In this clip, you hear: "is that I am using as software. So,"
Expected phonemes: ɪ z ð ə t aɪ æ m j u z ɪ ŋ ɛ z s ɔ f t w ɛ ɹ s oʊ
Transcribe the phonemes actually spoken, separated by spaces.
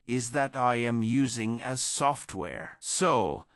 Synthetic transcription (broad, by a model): ɪ z ð ə t aɪ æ m j u z ɪ ŋ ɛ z s ɔ f t w ɛ ɹ s oʊ